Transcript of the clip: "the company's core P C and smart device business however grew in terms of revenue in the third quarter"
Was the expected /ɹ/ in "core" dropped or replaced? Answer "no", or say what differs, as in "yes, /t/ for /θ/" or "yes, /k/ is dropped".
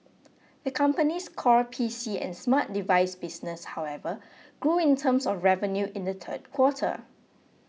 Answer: no